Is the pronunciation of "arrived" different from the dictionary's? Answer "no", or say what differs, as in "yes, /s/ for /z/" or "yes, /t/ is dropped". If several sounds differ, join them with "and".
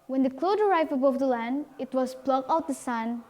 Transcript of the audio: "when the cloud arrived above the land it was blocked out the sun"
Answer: yes, /d/ is dropped